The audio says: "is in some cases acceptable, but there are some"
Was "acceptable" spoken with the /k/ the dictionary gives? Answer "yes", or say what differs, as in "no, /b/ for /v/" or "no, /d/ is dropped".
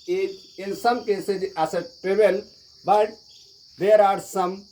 no, /k/ is dropped